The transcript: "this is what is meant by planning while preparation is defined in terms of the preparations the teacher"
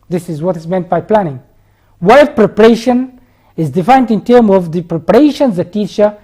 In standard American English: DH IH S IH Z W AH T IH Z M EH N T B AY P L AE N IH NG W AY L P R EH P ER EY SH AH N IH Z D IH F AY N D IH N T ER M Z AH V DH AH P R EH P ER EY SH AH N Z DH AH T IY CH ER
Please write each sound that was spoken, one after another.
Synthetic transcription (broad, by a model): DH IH S IH Z W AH T IH Z M EH N T B AY P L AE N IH NG W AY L P R EH P ER EY SH AH N IH Z D IH F AY N D IH N T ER M AH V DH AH P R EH P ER EY SH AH N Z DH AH T IY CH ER